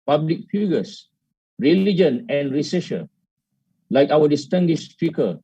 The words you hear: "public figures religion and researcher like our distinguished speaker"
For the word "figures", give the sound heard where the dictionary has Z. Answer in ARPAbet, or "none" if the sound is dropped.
S